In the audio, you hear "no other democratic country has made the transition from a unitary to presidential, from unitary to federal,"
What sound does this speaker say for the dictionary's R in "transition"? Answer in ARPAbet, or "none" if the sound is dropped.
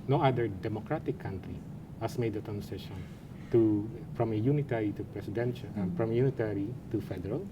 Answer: none